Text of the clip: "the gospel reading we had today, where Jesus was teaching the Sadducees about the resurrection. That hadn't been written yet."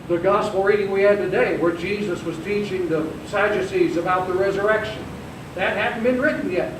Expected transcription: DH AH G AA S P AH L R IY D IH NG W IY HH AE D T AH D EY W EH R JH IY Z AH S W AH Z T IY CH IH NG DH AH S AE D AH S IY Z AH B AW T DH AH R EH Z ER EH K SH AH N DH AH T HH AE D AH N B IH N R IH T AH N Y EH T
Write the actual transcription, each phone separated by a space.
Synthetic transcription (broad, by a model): DH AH G AA S P L R IY D IH NG W IY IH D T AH D EY W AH R JH IY Z AH S W AH Z T IY CH IH NG DH AH S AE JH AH S IY Z AH B AW T DH AH R EH Z ER EH K SH AH N DH AH T HH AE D N B IH N R IH T N Y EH T